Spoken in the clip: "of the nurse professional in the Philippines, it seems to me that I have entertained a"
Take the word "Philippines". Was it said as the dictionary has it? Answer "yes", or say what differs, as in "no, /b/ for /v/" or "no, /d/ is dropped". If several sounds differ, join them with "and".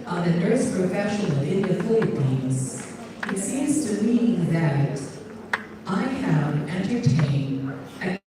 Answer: no, /l/ is dropped